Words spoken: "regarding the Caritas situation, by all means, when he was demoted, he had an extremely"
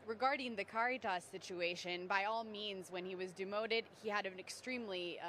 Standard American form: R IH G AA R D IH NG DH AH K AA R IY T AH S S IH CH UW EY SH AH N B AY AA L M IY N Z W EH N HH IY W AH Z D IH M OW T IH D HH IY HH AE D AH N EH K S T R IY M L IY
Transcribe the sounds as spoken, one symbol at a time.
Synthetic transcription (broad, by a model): R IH G AA R D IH NG DH AH K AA R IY T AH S S IH CH UW EY SH AH N B AY AA L M IY N Z W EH N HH IY W AH Z D IH M OW T IH D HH IY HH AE D AH N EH K S T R IY M L IY